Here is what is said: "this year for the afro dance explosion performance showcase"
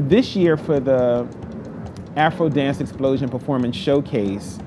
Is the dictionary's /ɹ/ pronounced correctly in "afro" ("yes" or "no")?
yes